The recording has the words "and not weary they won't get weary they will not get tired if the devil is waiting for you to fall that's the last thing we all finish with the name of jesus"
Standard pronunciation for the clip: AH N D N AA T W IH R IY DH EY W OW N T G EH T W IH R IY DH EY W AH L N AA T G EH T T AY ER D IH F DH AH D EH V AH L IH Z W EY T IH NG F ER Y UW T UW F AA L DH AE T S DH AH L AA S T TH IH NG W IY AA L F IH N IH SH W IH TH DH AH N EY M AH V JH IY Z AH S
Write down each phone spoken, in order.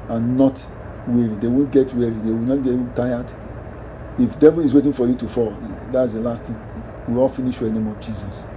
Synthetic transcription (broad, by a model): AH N N AA T W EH R IY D EY W OW N T G EH T W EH R IY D EY W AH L N AA T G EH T T AY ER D IH F D EH V AH L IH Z W EY T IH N F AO Y UW T UW F AA L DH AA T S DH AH L AA S T T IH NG W IY AA L F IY N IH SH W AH N EY M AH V JH IY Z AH S